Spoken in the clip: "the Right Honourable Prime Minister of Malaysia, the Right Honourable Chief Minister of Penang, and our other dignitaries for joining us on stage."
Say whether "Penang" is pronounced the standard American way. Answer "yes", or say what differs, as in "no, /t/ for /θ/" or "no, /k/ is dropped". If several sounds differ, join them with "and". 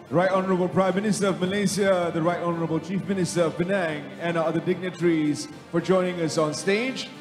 no, /b/ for /p/